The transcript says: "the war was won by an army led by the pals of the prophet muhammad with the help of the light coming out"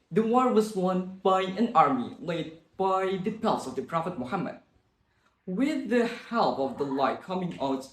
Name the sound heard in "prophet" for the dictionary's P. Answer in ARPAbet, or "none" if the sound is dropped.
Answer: P